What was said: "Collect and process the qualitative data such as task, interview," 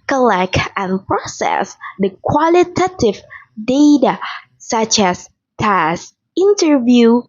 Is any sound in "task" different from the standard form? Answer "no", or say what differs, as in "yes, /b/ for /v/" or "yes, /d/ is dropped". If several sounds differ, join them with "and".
yes, /k/ is dropped